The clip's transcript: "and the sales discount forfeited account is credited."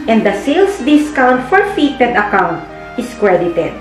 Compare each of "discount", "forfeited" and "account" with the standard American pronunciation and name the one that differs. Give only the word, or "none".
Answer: none